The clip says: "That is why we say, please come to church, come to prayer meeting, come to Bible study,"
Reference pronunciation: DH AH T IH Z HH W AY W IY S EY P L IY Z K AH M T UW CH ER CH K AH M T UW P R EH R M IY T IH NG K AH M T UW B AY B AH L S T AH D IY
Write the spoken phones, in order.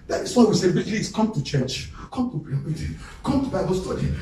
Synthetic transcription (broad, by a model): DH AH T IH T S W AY W IY S EY B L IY S K AH M T UW CH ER CH K AH M T UW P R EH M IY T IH K AH M T UW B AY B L S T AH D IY